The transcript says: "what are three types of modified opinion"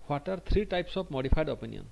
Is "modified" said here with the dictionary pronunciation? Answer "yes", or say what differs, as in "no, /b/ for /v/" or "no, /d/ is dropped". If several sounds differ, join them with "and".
no, /p/ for /f/